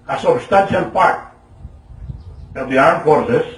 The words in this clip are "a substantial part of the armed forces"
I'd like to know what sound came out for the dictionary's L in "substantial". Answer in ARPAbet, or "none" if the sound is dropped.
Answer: N